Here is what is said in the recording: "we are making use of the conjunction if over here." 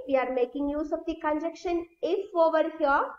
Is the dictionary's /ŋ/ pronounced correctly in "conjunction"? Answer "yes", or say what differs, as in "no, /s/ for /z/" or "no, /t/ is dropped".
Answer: no, /ŋ/ is dropped